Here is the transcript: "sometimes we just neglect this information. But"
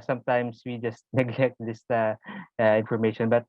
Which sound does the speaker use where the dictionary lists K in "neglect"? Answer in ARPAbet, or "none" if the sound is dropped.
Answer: K